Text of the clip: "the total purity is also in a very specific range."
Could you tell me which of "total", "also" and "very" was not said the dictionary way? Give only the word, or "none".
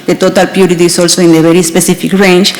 very